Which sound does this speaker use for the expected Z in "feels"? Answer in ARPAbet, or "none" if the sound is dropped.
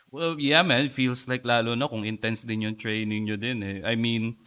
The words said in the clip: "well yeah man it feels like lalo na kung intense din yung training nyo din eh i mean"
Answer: S